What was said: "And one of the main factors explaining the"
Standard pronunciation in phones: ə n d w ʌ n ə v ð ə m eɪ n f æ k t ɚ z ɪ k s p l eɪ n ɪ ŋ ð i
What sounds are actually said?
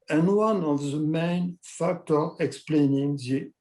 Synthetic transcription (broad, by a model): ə n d w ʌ n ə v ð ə m eɪ n f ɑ k t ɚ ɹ ɪ k s p l eɪ n ɪ ŋ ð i